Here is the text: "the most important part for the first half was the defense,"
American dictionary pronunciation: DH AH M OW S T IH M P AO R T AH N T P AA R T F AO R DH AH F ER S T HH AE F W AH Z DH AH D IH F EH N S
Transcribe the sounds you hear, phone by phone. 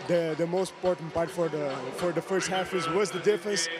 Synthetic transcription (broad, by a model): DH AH M OW S T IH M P AO R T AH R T F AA R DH F AO R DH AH F ER S T HH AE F W AH Z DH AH D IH F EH N S